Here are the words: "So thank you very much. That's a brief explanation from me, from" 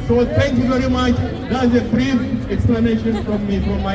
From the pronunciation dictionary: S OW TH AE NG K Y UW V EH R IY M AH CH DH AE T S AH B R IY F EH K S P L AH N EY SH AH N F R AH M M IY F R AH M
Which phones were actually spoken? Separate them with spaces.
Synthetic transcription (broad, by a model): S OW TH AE NG K Y UW V EH R IY M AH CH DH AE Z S AH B R IY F EH K S P L AH N EY SH AH N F R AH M M IY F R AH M